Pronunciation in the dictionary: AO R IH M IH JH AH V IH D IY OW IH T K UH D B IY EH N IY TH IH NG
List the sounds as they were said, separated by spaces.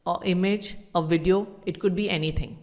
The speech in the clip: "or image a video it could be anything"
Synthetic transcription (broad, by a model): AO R IH M IH JH AH V IH D IY OW IH T K UH D B IY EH N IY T IH NG